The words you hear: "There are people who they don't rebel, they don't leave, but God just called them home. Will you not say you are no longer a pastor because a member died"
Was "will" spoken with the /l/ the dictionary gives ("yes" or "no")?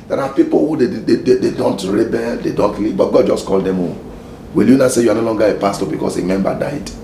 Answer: yes